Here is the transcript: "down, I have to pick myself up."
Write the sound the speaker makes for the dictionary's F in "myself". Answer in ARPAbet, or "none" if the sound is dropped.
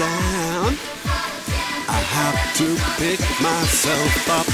F